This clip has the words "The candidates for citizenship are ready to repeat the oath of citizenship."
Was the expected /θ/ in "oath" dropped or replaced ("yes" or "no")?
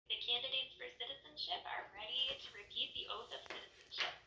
no